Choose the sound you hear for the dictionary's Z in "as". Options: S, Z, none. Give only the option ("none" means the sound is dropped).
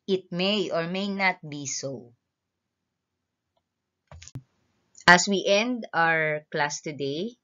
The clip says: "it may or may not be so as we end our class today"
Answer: S